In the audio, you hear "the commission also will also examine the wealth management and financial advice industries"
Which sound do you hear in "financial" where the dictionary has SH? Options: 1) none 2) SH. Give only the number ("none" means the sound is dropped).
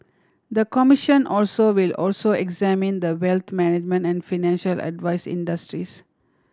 2